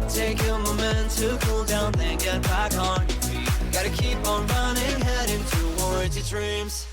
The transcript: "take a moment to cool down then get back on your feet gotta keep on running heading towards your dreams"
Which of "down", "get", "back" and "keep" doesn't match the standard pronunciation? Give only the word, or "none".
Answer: none